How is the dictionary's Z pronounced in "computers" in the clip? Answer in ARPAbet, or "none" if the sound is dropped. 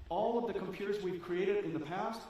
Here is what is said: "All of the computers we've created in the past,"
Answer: Z